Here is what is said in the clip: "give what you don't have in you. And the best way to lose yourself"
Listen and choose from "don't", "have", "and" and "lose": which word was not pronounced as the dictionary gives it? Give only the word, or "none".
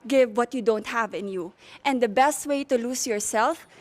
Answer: lose